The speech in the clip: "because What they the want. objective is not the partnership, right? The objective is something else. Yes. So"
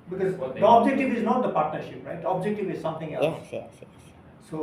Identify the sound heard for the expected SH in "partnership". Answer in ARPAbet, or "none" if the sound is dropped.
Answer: SH